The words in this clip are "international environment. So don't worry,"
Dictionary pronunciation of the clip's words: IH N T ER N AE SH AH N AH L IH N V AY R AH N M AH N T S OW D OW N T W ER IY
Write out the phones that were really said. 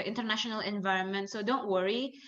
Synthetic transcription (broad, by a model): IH N T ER N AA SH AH N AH L IH N V AY R AH N M AH N T S OW D OW N T W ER IY